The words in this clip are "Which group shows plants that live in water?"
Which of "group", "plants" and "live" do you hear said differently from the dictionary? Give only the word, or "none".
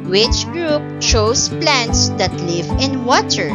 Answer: none